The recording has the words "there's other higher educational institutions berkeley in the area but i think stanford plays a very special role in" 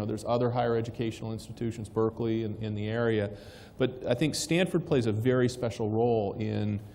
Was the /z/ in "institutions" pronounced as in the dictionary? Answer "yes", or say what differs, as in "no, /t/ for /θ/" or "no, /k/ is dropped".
yes